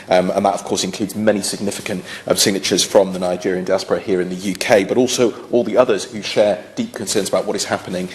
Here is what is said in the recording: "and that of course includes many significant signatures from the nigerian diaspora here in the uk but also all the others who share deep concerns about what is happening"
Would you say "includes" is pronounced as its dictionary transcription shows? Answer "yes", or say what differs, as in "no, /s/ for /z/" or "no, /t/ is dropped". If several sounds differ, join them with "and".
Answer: yes